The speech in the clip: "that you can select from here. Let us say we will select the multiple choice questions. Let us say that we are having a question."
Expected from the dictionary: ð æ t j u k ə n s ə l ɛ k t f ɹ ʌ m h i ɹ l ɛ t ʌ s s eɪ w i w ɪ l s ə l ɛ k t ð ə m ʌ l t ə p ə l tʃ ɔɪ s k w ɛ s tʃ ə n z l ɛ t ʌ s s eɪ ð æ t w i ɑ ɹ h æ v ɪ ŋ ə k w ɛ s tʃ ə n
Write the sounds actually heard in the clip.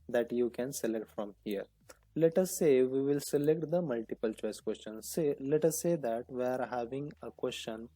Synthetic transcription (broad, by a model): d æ t j u k ə n s ə l ɛ k t f ɹ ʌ m h i ɹ l ɛ t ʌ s s eɪ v i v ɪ l s ə l ɛ k t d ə m ʌ l t ə p ə l tʃ ɔɪ s k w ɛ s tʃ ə n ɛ l ɛ t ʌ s s eɪ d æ t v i ɑ ɹ h æ v ɪ ŋ ə k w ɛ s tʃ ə n